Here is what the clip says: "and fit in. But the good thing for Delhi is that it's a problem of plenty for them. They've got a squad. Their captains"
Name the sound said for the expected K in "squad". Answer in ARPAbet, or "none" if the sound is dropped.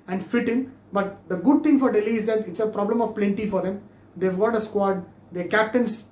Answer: K